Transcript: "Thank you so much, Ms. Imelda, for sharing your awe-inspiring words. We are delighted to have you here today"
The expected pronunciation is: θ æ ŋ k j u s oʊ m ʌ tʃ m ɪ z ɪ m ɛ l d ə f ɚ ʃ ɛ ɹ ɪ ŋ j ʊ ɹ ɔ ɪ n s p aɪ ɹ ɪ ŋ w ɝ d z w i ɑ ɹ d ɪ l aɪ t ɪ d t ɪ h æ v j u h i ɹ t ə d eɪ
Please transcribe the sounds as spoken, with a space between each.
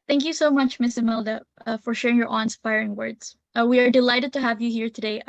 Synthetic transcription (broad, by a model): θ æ ŋ k j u s oʊ m ʌ tʃ m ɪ s ɪ m ɛ l d ə f ɚ ʃ ɛ ɹ ɪ ŋ j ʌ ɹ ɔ ɪ n s p aɪ ɹ ɪ ŋ w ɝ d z w i ɑ ɹ d ɪ l aɪ t ɪ d t ɪ h æ v j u h i ɹ t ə d eɪ